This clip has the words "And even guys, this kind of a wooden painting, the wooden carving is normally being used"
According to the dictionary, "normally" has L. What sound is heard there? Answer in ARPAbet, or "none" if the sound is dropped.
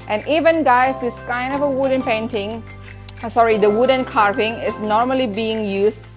L